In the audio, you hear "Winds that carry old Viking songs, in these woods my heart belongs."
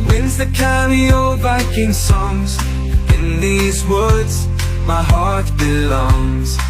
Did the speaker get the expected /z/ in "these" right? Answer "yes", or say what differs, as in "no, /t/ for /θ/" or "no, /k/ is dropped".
yes